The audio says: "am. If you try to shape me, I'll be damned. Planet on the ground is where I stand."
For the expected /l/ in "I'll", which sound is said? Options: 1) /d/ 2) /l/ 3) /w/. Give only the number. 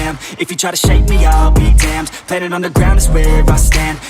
2